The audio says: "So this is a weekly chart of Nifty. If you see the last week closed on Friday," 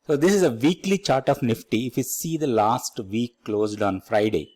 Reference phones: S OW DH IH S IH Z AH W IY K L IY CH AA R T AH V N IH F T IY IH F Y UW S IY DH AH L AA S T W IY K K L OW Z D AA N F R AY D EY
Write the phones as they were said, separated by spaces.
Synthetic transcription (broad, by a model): S OW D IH S IH Z AH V IY K L IY CH AA R T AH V N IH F T IY IH F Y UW S IY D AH L AA S T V IY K K L OW Z D AA N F R AY D EY